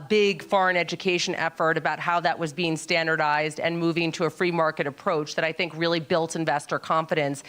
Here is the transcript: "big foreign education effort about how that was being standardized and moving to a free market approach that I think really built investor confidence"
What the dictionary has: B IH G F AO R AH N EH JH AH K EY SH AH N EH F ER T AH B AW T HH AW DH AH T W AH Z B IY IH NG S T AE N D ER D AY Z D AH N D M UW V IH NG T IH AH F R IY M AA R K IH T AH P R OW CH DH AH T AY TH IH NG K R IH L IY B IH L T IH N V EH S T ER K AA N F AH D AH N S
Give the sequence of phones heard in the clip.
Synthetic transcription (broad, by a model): B IH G F AO R AH N EH JH AH K EY SH AH N EH F ER T AH B AW T HH AW DH AH T W AH Z B IY IH NG S T AE N D ER D AY Z D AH N M UW V IH NG T IH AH F R IY M AA R K IH T AH P R OW CH DH AH T AY TH IH NG K R IH L IY B IH L T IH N V EH S T ER K AA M F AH D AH N S